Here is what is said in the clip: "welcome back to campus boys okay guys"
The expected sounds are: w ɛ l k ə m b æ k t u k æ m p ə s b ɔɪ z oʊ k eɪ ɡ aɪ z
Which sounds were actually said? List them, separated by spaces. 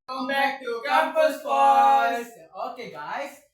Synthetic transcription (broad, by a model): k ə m b æ k t u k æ p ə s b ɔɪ oʊ k eɪ ɡ aɪ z